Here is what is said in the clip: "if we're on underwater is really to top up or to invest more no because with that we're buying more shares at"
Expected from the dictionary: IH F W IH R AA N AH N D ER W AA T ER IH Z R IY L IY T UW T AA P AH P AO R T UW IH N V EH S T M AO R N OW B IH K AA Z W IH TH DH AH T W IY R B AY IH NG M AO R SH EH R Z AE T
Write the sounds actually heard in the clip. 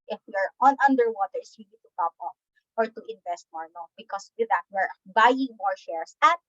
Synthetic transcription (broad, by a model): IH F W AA R AA N AH N D ER W AA T ER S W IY N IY T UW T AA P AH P AO R T UW IH N V EH S T M AO R N OW B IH K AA S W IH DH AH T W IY R B AY IH NG M AO R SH EH R S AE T